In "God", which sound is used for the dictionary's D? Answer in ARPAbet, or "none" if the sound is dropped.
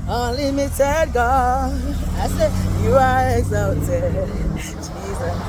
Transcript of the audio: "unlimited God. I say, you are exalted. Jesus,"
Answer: none